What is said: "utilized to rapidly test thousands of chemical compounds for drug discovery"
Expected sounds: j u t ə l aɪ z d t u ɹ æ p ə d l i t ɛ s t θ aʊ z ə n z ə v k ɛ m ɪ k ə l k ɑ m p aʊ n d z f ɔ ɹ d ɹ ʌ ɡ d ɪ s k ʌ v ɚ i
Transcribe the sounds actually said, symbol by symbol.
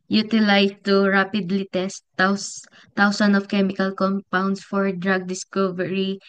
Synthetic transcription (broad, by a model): j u t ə l aɪ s t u ɹ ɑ p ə d l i t ɛ s t s aʊ s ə n ə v k ɛ m ɪ k ə l k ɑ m p aʊ n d s f ɔ ɹ d ɹ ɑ ɡ d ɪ s k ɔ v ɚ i